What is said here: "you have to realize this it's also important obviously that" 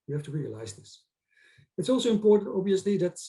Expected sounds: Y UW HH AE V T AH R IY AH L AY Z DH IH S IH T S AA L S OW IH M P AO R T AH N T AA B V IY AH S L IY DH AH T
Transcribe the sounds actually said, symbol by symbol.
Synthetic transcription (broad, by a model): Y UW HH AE F T AH R IY AH L AY Z DH IH S IH T S AA L S OW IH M P AO R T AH N T AA B V IY AH S L IY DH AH T